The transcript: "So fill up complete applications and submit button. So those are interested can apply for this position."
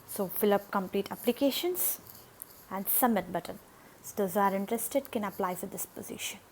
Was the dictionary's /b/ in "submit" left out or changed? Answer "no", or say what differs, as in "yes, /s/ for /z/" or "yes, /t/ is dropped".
yes, /b/ is dropped